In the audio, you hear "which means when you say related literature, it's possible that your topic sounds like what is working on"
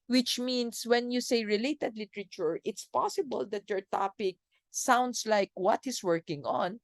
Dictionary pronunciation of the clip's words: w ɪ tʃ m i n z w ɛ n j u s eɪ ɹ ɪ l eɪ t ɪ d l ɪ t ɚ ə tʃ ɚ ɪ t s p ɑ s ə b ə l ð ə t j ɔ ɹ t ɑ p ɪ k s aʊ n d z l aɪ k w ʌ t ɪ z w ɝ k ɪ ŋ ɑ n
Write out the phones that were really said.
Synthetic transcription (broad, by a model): w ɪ tʃ m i n s w ɛ n j u s eɪ ɹ ɪ l eɪ t ɪ d l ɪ t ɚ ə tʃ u ɪ t s p ɑ s ə b ə l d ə t j ɔ ɹ t ɑ p ɪ k s aʊ n d s l aɪ k w ʌ t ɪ s w ɝ k ɪ ŋ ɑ n